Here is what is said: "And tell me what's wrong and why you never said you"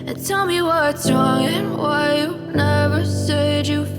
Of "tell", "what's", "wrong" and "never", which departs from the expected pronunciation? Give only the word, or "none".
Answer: none